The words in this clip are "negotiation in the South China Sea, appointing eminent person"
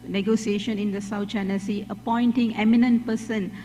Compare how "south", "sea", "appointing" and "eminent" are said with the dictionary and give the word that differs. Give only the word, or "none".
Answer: south